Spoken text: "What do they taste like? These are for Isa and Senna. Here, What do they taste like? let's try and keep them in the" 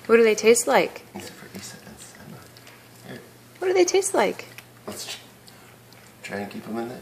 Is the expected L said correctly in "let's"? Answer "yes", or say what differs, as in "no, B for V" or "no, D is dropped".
no, W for L